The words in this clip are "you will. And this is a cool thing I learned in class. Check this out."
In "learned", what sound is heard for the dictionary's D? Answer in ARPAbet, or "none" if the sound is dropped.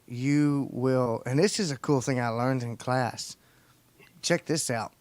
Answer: D